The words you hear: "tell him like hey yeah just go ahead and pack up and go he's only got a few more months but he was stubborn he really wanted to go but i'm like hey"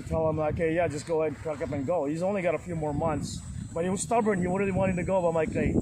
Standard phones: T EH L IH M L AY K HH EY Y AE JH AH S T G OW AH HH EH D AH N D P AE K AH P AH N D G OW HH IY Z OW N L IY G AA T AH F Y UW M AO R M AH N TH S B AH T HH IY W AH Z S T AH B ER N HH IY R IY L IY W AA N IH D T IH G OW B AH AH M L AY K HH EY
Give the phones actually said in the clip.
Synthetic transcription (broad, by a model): T EH L IH M L AY K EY Y AE JH AH S G OW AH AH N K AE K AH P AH N G OW HH IY Z OW N L IY G AA T AH F Y UW M AO R M AH N TH S B AH T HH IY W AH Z S T AH B ER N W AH R IY L IY W AA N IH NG T IH G OW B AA AH M L AY K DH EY